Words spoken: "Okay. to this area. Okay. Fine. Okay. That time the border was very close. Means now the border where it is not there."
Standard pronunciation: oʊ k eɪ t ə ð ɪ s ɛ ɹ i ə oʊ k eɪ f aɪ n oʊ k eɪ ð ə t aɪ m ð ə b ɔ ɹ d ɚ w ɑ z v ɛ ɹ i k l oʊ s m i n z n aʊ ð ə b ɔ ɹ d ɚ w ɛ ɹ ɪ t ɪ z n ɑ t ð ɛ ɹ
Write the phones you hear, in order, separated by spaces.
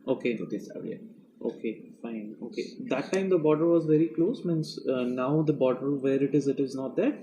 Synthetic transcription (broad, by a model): oʊ k eɪ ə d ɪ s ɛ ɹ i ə oʊ k eɪ f aɪ n oʊ k eɪ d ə t aɪ m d ə b ɔ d ɚ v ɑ z v ɛ ɹ i k l oʊ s m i n s n aʊ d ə b ɔ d ɚ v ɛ ɹ ɪ t ɪ z n ɑ t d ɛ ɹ